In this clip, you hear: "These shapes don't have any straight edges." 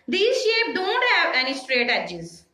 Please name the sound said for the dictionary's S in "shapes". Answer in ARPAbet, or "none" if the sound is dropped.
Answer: none